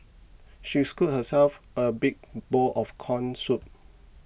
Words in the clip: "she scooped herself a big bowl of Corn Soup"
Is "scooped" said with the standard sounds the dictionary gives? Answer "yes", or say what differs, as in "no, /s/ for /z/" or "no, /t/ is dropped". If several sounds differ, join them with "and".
no, /p/ is dropped